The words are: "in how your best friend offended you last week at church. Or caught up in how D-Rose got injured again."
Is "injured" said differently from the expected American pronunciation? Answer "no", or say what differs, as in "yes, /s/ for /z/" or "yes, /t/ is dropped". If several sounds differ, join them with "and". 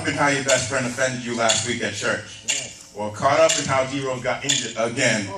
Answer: yes, /d/ is dropped